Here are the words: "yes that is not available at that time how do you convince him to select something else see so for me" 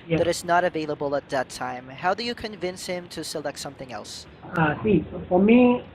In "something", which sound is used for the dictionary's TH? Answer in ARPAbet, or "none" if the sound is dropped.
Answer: TH